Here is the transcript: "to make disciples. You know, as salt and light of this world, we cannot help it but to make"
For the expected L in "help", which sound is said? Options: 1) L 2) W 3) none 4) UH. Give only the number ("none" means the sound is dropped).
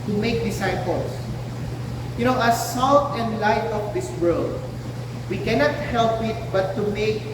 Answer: 1